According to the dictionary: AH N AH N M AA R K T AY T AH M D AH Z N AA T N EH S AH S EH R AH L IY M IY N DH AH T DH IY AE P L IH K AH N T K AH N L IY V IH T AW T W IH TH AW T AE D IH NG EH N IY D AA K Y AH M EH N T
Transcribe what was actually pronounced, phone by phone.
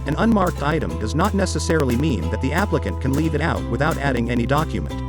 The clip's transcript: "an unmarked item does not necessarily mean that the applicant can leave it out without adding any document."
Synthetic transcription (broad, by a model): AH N AH N M AA R K T AY T AH M D AH Z N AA T N EH S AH S EH R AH L IY M IY N DH AH T DH IY AE P L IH K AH N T K AH N L IY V IH T AW T W IH TH AW T AE D IH NG EH N IY D AA K Y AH M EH N T